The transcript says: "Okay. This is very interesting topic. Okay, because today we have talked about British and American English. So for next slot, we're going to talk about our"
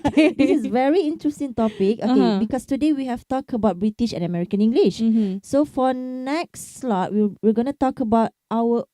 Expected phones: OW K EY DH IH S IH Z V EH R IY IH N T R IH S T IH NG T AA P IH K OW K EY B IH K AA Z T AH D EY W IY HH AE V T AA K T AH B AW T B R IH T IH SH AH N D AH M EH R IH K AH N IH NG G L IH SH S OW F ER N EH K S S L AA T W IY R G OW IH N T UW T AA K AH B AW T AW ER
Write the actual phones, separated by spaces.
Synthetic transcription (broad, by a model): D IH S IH S V EH R IY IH N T R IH S T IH NG T AA P IH K OW K EY B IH K AA S T AH D EY W IY HH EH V T AA K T AH B AW T B R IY T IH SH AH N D AH M EH R IH K AH N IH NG G L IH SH S OW F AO N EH K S S L AA T W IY W G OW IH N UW T AA K AH B AW T AW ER